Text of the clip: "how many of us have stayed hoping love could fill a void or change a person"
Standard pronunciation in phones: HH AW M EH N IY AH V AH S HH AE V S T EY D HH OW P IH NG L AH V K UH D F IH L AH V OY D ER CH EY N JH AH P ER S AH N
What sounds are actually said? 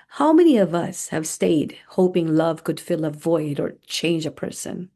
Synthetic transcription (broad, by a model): HH AW M EH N IY AH V AH S HH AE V S T EY D HH OW P IH NG L AH V K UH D F IH L AH V OY D ER CH EY N JH AH P ER S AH N